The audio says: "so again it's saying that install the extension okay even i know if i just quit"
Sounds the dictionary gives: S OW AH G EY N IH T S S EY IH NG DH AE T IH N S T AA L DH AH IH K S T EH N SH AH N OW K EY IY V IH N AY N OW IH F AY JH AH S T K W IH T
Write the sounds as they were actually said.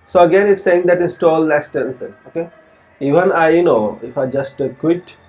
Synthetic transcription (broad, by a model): S OW AH G EY N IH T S S EY IH NG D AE T IH N S T AA L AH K S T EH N S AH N OW K EY IY V IH N AY N OW IH F AY JH AH S T K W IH T